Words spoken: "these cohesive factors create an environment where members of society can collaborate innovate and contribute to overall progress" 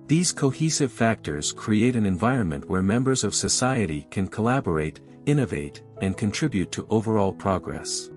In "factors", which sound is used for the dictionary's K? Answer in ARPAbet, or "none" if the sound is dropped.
K